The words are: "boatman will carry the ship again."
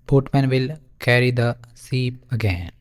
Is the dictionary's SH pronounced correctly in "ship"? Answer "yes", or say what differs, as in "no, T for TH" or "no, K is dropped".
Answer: no, S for SH